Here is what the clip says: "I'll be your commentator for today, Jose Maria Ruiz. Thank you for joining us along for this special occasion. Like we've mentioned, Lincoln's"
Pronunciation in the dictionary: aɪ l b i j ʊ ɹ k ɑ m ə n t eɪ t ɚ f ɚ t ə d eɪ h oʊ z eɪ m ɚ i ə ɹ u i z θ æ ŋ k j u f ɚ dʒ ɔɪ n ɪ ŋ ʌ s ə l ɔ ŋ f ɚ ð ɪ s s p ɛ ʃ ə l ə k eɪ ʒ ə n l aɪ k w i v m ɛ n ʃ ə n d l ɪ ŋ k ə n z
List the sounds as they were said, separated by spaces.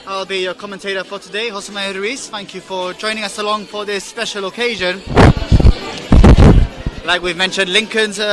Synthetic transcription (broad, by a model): aɪ l b i j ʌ k ɑ m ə n t eɪ t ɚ f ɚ t ə d eɪ h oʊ s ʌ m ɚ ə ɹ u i s θ æ ŋ k j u f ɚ dʒ ɔɪ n ɪ ŋ ʌ s ə l ɔ ŋ f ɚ ð ɪ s s p ɛ ʃ ə l ə k eɪ ʒ ə n l aɪ k w i v m ɛ n ʃ ə n d l ɪ ŋ k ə n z